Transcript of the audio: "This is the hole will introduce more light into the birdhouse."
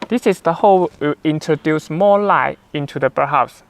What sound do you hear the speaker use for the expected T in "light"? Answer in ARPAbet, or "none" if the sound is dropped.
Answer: none